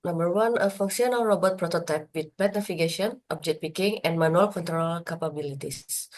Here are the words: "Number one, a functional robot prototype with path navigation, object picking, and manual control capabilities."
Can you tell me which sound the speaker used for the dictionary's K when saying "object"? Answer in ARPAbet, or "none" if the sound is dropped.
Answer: none